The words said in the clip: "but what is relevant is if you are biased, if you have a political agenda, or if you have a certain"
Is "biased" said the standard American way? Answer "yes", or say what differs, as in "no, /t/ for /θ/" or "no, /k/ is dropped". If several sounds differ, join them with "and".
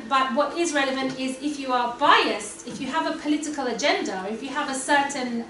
yes